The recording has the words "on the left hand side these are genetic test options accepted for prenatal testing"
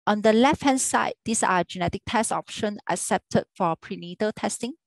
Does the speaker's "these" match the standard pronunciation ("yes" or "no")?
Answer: no